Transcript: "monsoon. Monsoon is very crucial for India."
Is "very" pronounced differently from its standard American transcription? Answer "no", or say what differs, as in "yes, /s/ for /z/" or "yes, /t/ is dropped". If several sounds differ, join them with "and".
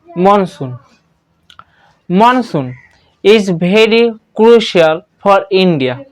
yes, /b/ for /v/